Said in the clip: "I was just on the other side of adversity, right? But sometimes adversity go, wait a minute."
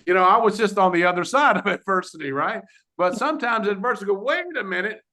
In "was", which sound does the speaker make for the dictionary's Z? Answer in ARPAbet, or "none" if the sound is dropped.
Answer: Z